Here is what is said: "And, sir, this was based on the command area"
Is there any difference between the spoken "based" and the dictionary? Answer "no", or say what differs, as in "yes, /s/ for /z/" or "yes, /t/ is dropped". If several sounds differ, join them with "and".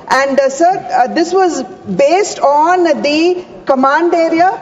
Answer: no